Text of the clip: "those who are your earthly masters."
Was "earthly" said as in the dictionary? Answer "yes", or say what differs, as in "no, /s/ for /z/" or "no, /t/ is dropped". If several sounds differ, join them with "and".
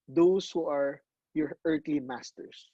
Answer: no, /t/ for /θ/